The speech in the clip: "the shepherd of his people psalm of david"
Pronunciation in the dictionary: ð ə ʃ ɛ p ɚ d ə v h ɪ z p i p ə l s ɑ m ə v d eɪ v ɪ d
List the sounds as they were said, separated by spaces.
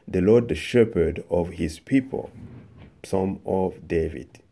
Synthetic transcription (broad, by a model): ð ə ʃ ɛ p ɚ d ə v h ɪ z p i p ə l s ɑ m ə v d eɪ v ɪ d